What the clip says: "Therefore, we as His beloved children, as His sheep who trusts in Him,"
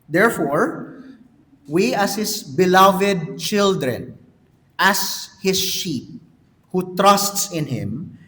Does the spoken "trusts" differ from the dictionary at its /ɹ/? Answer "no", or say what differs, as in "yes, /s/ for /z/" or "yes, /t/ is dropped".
no